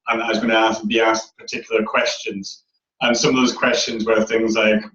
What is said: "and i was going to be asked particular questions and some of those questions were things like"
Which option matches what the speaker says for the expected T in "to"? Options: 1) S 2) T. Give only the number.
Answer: 1